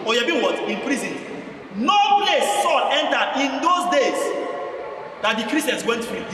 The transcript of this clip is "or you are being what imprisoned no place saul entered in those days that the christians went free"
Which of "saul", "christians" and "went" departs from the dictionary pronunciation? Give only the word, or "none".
christians